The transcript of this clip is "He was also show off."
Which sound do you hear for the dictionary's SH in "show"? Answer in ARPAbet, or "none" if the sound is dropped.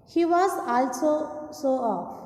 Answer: S